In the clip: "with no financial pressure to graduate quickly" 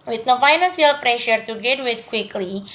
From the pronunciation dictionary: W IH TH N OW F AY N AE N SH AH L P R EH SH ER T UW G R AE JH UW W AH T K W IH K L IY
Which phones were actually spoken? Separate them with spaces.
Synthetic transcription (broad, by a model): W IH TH N OW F AY N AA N S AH L P R EH SH ER T UW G EH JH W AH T K W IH K L IY